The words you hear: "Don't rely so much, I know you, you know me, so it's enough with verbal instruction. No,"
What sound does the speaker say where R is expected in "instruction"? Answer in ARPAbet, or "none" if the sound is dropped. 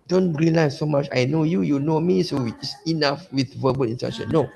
none